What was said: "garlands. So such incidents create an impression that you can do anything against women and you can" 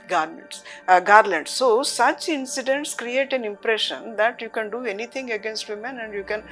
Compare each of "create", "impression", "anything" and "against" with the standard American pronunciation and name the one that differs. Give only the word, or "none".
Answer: anything